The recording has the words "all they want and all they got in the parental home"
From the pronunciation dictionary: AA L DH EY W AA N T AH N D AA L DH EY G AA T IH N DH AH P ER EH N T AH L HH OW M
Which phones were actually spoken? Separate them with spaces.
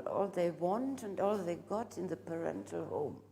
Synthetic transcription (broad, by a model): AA L DH EY W AA N T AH N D AA L DH EY G AA T IH N DH AH P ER EH N T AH L HH OW M